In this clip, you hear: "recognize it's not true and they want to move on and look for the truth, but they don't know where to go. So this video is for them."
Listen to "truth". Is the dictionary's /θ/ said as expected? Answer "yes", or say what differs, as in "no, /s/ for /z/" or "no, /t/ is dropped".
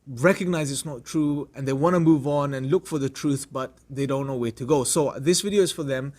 yes